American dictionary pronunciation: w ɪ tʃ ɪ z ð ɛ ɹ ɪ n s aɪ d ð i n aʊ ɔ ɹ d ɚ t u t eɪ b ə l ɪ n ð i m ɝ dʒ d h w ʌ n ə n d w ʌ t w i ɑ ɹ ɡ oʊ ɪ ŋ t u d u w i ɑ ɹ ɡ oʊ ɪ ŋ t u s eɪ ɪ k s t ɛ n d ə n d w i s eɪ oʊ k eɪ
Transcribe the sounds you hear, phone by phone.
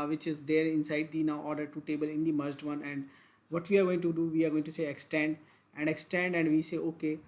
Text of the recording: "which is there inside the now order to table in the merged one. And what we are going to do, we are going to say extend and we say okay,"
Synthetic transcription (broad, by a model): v ɪ tʃ ɪ z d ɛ ɹ ɪ n s aɪ d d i n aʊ ɔ ɹ d ɚ t u t eɪ b ə l ɪ n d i m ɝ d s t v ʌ n ə n d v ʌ t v i ɑ ɹ ɡ oʊ ɪ ŋ t u d u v i ɑ ɹ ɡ oʊ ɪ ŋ t u s eɪ ɪ k s t ɛ n d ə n d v i s eɪ oʊ k eɪ